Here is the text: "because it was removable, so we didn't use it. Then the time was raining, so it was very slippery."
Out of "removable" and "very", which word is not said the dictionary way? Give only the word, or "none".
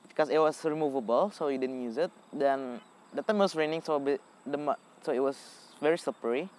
none